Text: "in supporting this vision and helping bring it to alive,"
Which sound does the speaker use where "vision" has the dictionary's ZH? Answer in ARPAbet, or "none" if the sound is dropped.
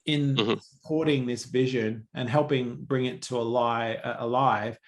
ZH